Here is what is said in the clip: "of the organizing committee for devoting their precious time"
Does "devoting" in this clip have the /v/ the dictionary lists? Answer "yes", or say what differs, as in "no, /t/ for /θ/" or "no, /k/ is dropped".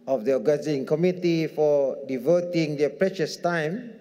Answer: yes